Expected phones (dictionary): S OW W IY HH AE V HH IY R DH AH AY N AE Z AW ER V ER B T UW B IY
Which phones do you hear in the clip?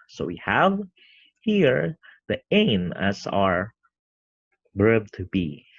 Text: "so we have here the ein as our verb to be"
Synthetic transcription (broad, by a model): S OW W IY HH AE V HH IY R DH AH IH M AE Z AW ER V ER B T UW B IY